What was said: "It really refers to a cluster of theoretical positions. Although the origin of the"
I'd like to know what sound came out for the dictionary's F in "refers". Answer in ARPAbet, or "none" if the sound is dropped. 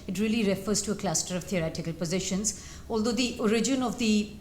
F